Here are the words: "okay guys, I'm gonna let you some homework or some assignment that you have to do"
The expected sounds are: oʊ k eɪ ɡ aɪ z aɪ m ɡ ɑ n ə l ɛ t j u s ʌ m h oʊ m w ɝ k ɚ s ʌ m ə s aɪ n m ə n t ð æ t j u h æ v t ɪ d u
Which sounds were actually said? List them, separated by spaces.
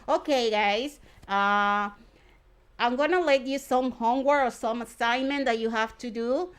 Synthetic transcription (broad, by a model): oʊ k eɪ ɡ aɪ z aɪ m ɡ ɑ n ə l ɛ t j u s ʌ m h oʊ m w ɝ ɚ s ʌ m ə s aɪ n m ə n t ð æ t j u h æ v t ɪ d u